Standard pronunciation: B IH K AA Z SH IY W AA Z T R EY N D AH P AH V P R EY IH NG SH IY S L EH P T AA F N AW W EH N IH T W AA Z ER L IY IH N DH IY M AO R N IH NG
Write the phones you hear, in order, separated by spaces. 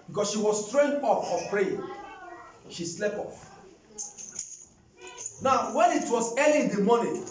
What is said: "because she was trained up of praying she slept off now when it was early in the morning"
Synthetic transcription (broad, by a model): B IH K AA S SH IY W AA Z T R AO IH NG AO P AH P R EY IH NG SH IY S L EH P AA F N AW W EH N IH T W AA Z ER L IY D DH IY M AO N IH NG